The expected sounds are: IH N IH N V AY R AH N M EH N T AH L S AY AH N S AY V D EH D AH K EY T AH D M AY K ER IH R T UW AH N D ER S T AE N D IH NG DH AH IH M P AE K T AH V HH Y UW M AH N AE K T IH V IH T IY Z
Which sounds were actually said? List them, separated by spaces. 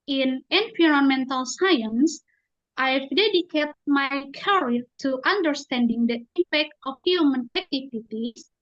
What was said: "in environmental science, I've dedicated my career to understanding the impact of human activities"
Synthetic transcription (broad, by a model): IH N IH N P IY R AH N M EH N T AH L S AY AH N S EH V D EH D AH K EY T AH M AY K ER R T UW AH N D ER S T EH N D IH NG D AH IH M P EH K T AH F HH Y UW M AH N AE K T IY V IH T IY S